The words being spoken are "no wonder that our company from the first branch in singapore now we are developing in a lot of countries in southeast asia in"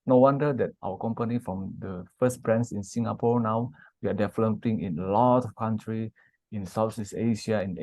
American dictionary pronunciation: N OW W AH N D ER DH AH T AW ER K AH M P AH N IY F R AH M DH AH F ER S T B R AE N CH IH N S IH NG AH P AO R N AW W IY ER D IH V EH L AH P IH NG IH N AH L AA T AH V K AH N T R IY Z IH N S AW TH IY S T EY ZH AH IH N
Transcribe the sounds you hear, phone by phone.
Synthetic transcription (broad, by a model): N OW W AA N D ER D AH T AW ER K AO M P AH N IY F R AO M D AH F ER S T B R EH N S IH N S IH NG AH P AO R N AW W IY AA D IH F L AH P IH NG IH N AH L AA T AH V K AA N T R IY IH N S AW S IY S EY SH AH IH N